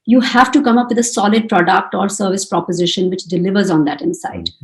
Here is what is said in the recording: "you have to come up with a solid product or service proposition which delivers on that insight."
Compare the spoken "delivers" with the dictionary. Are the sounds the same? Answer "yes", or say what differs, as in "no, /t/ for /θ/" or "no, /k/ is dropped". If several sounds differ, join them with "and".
yes